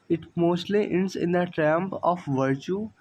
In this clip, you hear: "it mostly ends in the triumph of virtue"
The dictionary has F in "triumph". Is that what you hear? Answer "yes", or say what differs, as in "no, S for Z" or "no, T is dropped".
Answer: no, P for F